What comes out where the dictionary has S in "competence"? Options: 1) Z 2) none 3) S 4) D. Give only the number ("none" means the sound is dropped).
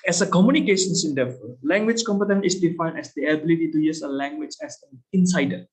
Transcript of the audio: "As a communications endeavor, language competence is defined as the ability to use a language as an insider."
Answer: 2